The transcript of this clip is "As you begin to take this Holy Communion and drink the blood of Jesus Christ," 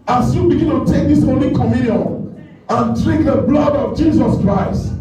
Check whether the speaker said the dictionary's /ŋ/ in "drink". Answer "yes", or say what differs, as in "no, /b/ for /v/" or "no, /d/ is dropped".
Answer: no, /ŋ/ is dropped